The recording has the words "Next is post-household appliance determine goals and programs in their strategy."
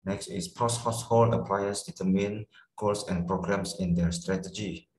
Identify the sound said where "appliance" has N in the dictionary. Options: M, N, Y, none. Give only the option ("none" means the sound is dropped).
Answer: none